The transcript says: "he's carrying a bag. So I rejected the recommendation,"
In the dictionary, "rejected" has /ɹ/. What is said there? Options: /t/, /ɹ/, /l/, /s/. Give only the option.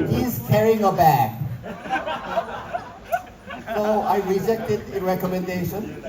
/ɹ/